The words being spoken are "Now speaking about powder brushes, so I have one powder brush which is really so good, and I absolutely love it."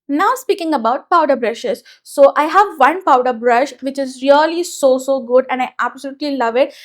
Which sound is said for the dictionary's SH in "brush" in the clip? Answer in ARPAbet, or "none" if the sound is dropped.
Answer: SH